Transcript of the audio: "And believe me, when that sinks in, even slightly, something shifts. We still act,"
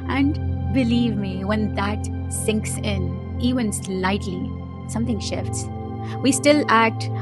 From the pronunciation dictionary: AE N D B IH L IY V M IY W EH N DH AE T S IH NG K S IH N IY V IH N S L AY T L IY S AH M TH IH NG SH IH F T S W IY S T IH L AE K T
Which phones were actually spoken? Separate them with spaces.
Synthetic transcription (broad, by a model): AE N D B IH L IY V M IY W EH N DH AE T S IH NG K S IH N IY V IH N S L AY T L IY S AH M T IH NG SH IH F T S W IY S T IH L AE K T